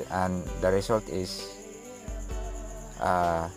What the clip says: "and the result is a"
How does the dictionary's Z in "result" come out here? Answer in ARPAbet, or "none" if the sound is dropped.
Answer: S